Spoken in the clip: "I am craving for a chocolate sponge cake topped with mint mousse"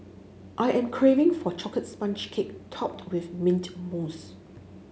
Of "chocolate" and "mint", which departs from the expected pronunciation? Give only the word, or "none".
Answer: chocolate